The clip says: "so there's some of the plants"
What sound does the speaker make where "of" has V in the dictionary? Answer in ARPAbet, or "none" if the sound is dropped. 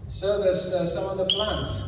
V